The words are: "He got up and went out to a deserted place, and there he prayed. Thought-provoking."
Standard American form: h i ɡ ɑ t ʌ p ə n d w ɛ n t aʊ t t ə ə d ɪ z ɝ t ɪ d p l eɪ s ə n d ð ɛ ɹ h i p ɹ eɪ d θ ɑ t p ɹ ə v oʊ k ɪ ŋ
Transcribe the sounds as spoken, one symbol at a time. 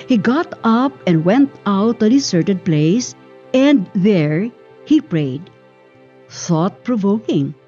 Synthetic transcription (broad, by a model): h i ɡ ɑ t ʌ p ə n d w ɛ n t aʊ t t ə ə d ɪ s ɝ t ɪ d p l eɪ s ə n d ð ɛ ɹ h i p ɹ eɪ d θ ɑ t p ɹ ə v oʊ k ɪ ŋ